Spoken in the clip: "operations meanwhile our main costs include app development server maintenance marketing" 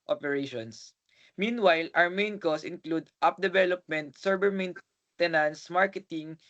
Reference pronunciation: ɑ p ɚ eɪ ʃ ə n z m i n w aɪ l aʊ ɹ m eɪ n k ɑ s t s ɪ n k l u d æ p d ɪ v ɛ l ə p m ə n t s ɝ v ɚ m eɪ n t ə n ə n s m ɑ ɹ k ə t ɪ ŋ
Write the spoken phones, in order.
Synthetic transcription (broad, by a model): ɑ p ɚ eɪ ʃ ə n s m i n w aɪ l aʊ ɹ m eɪ n k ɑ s s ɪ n k l u d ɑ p d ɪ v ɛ l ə p m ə n t s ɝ b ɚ m eɪ n t ə n ə n s m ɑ ɹ k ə t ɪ ŋ